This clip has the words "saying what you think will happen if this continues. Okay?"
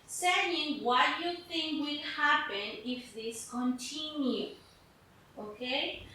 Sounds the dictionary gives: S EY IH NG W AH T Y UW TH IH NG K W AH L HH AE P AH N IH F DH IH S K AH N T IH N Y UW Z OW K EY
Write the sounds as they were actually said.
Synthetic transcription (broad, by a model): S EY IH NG W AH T Y UW TH IH NG K W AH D HH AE P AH N IH F DH IH S K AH N T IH N Y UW OW K EY